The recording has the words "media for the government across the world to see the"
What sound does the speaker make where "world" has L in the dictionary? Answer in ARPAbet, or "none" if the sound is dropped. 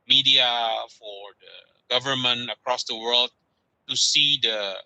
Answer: L